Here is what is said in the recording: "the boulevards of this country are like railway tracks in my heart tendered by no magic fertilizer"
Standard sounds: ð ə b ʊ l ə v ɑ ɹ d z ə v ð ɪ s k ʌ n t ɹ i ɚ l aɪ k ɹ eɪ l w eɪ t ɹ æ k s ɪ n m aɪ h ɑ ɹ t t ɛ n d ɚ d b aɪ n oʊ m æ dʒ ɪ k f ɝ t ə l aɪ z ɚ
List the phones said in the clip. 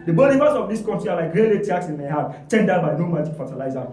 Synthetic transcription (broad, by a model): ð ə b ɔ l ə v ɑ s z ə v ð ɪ s k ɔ n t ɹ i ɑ l aɪ k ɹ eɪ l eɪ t ɑ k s ɪ n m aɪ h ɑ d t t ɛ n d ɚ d b aɪ n oʊ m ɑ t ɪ f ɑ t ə l aɪ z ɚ